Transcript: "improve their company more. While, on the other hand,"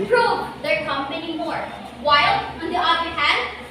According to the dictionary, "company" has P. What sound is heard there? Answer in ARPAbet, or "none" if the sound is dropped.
none